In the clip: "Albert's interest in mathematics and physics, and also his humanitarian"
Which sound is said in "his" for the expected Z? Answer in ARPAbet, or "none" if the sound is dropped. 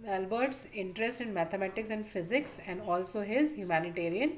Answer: Z